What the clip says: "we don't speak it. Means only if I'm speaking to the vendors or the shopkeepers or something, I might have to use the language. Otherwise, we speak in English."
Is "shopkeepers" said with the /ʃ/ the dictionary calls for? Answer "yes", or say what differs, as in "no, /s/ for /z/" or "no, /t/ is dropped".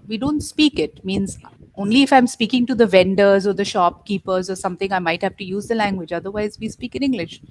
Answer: yes